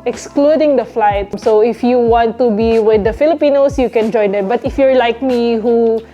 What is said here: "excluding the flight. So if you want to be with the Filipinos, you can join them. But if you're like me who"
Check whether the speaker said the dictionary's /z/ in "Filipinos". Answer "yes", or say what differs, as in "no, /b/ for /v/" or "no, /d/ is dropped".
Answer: no, /s/ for /z/